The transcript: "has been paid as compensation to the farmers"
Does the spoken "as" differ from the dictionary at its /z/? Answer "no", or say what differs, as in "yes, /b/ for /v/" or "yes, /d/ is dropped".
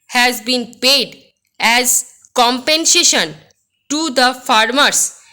no